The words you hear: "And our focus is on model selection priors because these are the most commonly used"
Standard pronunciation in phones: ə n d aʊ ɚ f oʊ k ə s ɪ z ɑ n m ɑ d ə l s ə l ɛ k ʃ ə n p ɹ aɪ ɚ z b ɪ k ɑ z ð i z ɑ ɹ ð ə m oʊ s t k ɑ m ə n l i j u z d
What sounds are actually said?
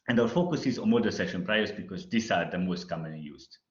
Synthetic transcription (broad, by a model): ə n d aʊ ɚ f oʊ k ə s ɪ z ɑ n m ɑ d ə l s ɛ ʃ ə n p ɹ aɪ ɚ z b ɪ k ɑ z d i s ɑ ɹ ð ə m oʊ s t k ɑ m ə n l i j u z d